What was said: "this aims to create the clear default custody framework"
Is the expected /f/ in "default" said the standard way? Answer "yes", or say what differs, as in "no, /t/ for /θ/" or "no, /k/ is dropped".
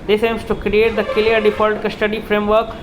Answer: no, /p/ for /f/